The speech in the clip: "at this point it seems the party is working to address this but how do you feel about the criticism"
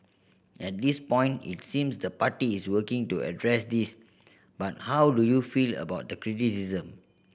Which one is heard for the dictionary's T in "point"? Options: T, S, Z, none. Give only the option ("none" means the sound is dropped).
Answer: T